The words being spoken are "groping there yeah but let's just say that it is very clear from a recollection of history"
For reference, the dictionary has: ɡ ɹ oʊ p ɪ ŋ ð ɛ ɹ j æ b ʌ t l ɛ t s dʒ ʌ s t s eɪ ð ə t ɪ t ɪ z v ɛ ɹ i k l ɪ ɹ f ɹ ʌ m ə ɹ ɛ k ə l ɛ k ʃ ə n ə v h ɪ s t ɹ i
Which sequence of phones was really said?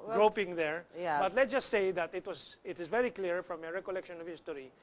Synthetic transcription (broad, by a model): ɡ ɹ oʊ p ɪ ŋ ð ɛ ɹ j b ʌ t l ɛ t dʒ ʌ s t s eɪ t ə t ɪ t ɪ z v ɛ ɹ i k l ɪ ɹ f ɹ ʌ m ə ɹ ɛ k ə l ɛ k ʃ ə n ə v h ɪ s t ɹ i